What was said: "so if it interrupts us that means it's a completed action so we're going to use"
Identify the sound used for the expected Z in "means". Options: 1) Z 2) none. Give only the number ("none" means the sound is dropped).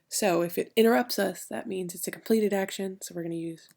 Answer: 1